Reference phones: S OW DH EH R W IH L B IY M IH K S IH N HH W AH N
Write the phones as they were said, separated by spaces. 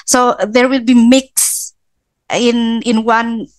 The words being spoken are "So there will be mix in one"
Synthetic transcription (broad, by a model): S OW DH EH R W IH L B IY M IH K S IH N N W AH N